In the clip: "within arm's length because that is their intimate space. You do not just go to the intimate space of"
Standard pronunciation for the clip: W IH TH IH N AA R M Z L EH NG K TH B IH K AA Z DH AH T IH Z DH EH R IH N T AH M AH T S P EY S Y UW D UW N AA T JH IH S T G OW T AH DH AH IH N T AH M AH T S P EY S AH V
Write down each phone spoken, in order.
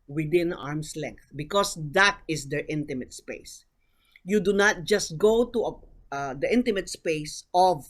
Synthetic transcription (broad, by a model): W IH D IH N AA R M S L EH NG K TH B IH K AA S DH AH T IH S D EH R IH N T AH M AH T S P EY S Y UW D UW N AA T JH IH S T G OW T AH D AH IH N T AH M AH T S P EY S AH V